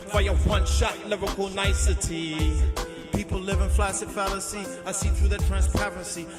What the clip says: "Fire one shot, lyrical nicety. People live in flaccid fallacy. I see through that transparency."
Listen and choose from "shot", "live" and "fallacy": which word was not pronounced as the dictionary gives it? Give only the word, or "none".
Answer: none